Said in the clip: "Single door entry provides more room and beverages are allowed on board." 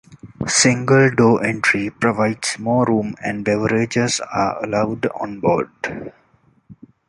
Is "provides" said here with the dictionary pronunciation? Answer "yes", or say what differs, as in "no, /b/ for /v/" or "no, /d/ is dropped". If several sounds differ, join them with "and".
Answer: no, /s/ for /z/